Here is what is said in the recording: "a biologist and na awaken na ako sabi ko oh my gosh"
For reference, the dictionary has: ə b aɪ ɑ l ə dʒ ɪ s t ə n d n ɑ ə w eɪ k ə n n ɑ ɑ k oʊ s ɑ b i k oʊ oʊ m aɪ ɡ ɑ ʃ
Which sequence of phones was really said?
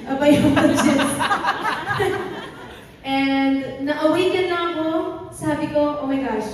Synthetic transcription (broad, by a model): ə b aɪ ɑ ə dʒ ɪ t ə n d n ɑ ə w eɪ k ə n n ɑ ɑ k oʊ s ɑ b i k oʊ oʊ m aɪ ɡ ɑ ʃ